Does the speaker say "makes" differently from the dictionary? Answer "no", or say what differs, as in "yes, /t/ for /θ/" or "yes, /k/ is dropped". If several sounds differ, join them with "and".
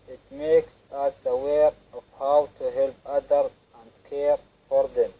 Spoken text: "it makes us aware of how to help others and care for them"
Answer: no